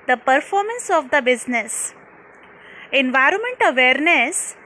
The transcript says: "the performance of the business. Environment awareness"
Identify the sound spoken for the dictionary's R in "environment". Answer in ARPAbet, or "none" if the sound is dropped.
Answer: R